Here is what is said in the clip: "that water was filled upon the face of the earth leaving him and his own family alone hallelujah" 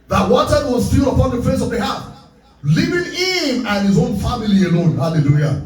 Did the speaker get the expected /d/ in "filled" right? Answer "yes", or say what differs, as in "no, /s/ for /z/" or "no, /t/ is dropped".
no, /d/ is dropped